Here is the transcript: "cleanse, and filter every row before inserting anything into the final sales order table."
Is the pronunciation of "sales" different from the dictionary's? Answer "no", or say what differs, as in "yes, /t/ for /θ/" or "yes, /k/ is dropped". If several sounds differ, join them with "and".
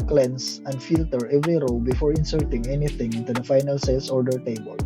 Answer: yes, /s/ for /z/